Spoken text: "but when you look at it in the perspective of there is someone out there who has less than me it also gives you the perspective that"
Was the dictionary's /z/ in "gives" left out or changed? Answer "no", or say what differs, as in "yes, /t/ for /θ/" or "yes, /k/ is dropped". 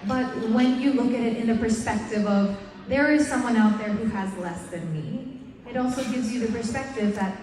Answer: no